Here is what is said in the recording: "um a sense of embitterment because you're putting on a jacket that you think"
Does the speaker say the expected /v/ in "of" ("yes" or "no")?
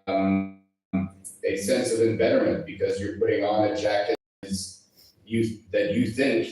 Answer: yes